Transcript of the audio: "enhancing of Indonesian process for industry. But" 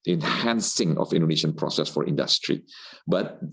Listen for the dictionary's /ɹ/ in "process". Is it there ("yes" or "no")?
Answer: yes